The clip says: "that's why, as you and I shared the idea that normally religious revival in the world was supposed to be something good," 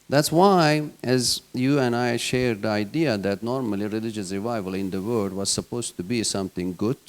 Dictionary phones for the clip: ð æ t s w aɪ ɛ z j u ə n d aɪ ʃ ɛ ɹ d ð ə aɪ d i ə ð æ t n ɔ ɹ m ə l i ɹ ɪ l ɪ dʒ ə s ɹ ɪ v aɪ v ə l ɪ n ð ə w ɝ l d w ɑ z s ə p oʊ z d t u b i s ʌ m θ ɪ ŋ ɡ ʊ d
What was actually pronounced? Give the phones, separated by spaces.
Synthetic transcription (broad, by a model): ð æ t s w aɪ ɛ z j u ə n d aɪ ʃ ɛ ɹ d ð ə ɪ d i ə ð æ t n ɔ ɹ m ə l i ɹ ɪ l ɪ dʒ ə s ɹ ɪ v aɪ v ə l ɪ n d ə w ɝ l d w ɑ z s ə p oʊ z t u b i s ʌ m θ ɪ ŋ ɡ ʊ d